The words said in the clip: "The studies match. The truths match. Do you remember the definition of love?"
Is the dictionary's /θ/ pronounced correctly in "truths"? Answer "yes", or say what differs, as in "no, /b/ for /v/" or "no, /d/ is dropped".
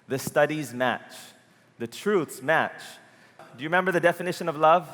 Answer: yes